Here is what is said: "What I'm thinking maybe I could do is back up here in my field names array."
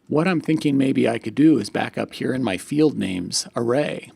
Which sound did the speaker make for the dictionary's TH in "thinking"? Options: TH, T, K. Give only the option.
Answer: TH